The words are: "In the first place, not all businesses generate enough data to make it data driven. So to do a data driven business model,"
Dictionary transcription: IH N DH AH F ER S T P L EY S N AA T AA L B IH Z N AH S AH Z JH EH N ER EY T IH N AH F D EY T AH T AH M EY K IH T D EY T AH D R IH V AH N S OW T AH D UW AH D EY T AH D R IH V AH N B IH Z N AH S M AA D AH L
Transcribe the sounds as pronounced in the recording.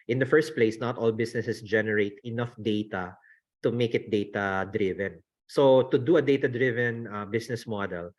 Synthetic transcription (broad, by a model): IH N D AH F ER S T P L EY S N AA T AA L B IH S N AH S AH S JH EH N ER EY T IH N AH F D EY T AH T AH M EY K IH T D EY T AH D R IH V AH N S OW T AH D UW AH D EY T AH D R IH V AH N B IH S N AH S M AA D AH L